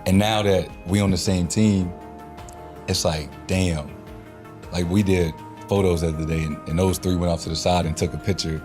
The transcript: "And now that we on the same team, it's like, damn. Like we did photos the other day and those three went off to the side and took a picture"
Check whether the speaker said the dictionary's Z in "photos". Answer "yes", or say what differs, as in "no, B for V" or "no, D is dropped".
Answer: yes